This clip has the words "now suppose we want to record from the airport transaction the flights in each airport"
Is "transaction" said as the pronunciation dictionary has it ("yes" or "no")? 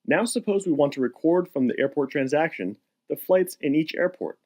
yes